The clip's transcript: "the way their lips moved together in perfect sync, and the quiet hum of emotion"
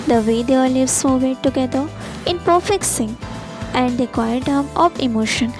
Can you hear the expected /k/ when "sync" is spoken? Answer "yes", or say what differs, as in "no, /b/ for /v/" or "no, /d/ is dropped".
no, /k/ is dropped